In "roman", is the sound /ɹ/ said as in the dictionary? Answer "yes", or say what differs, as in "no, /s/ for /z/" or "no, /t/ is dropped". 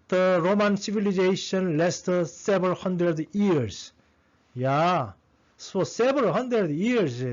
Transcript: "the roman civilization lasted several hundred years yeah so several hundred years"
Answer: yes